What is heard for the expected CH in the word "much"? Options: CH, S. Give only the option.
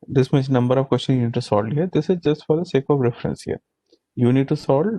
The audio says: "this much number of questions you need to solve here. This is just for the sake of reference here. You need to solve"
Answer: S